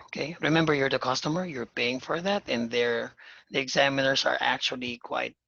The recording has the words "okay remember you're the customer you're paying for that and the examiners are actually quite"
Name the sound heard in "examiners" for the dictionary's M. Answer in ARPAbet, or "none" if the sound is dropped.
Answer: M